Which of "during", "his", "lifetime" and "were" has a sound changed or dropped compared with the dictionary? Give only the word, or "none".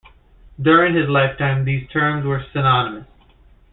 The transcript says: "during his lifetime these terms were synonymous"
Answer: none